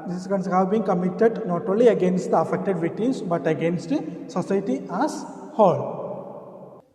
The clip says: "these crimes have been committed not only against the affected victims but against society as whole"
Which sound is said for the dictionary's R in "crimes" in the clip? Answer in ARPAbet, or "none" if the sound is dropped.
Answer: none